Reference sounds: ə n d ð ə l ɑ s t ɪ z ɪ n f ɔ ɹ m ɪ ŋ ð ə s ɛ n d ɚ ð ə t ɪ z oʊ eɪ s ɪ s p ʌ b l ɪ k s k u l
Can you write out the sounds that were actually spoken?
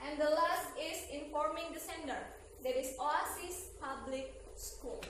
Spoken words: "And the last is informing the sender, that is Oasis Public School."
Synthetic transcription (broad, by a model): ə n d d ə l ɑ s t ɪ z ɪ n f ɔ ɹ m ɪ ŋ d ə s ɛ n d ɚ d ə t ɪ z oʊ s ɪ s p ʌ b l ɪ k s k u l